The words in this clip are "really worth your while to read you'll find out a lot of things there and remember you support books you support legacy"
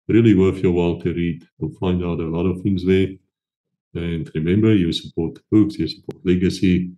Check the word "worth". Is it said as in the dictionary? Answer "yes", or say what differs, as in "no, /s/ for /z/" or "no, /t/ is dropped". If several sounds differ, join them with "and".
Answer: no, /f/ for /θ/